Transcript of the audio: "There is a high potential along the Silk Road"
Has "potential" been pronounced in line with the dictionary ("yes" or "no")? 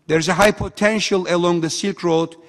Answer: yes